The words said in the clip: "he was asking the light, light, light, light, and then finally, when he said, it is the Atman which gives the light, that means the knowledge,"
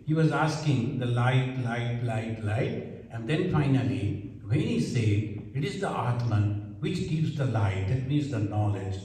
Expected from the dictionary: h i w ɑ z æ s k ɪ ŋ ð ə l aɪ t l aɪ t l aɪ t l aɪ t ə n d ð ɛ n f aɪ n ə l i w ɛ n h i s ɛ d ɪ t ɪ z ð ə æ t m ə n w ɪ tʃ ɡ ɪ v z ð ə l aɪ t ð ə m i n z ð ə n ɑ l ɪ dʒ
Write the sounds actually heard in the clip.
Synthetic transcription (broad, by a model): h i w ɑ z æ s k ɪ ŋ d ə l aɪ t l aɪ t l aɪ t l aɪ t ə n d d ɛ n f aɪ n ə l i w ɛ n h i s ɛ d ɪ t ɪ z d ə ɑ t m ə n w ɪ tʃ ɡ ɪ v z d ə l aɪ t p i z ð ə n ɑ l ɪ dʒ